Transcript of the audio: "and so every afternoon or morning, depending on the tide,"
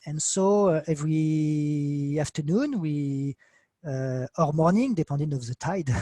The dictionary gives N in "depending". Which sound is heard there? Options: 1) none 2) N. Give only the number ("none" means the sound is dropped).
1